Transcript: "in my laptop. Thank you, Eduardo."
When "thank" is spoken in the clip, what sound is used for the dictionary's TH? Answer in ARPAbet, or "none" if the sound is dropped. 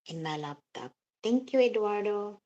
T